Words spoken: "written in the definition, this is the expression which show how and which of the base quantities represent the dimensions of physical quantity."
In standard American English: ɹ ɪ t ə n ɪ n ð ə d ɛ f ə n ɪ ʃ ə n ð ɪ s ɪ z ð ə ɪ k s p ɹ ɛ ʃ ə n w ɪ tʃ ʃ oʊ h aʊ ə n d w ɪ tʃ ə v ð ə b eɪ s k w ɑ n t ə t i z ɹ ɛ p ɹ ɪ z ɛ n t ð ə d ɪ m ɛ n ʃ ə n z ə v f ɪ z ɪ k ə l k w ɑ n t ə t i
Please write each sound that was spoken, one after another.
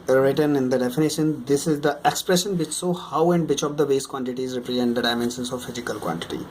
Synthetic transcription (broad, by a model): ɹ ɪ t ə n ɪ n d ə d ɛ f ə n ɪ ʃ ə n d ɪ s ɪ z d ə ɪ k s p ɹ ɛ ʃ ə n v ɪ tʃ s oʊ h aʊ ə n d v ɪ tʃ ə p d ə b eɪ s k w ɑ n t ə t i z ɹ ɛ p ɹ ɪ z ɛ n t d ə d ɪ m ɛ n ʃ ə n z ə v f ɪ z ɪ k ə l k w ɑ n t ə t i